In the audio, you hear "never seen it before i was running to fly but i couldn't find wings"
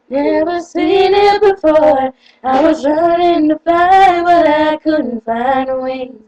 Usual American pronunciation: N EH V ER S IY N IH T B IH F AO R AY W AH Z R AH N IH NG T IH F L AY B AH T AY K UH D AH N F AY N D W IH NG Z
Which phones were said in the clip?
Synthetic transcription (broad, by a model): N EH V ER S IY N IH T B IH F AO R AY W AH Z R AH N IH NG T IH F AY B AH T AY K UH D N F AY N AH W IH